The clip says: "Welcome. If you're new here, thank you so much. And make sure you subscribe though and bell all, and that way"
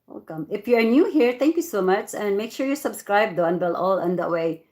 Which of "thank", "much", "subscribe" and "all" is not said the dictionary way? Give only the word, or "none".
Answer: thank